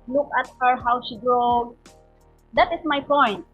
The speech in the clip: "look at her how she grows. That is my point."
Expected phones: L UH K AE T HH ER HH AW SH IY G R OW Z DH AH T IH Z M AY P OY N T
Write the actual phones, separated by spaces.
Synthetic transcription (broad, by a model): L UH K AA T HH ER HH AW S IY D R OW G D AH T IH S M AY P OY N T